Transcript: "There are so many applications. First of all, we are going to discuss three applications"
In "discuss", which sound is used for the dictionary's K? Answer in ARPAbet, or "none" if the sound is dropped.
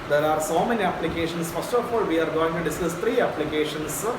none